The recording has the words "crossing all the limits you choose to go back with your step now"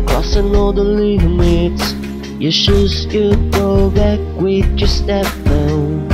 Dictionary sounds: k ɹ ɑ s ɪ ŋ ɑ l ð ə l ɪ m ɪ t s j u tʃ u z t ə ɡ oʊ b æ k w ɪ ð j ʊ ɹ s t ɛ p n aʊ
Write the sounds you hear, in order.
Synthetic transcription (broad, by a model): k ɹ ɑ s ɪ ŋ ɑ l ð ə l ɪ m ɪ t s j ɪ ʃ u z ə ɡ oʊ b æ k w ɪ ð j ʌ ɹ s t ɛ p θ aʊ